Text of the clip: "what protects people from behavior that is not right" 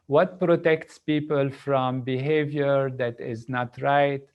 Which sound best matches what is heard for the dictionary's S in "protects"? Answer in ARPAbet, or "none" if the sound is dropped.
S